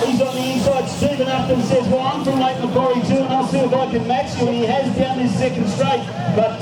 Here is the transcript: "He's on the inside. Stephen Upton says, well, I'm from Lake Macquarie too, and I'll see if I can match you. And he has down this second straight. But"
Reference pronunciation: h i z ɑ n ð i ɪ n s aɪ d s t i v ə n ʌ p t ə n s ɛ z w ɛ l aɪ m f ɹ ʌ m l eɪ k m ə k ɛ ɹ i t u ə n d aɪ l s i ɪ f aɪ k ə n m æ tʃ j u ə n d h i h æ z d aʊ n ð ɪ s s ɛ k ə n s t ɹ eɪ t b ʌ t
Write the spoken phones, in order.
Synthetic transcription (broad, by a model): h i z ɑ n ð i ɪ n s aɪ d s t i v ə n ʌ t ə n s ɛ z w ɛ l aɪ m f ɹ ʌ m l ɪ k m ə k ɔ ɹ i t u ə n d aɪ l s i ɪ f aɪ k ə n m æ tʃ j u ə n i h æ z d aʊ n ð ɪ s s ɛ k ə n s t ɹ eɪ t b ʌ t